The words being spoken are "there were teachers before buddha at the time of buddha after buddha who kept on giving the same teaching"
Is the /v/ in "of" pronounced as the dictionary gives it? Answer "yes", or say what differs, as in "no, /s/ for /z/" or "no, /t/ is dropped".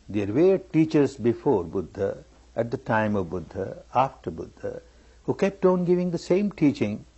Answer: yes